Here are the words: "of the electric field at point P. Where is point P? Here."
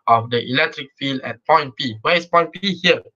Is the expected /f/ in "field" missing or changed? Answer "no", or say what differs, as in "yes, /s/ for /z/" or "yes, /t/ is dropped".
no